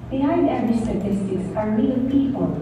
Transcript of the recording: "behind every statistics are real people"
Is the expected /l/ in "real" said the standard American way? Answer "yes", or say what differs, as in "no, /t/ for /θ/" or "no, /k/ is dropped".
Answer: no, /n/ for /l/